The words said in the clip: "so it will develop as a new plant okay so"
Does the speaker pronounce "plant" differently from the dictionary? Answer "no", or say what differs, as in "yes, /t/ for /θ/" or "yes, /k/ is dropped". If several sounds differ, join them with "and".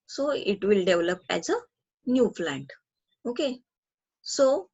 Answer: yes, /f/ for /p/